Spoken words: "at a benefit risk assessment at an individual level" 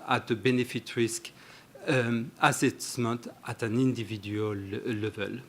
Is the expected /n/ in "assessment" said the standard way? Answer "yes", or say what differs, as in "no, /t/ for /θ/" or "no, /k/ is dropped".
no, /n/ is dropped